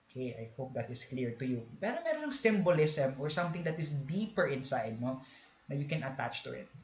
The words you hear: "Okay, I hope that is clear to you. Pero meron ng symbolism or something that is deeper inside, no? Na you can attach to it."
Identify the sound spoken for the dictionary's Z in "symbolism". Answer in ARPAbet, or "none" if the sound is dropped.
S